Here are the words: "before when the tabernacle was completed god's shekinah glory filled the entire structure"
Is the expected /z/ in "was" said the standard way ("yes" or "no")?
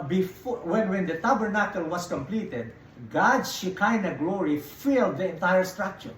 no